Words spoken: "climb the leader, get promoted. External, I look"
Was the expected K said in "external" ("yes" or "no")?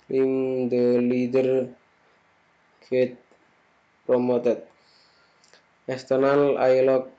no